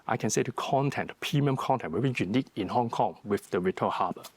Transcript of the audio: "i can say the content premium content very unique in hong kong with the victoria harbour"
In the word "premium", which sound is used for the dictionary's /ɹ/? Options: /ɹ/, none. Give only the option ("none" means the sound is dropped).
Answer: none